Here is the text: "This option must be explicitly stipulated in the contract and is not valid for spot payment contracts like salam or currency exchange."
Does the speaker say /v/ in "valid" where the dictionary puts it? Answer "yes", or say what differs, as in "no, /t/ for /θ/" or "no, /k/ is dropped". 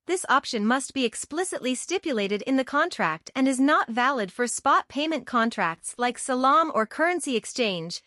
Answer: yes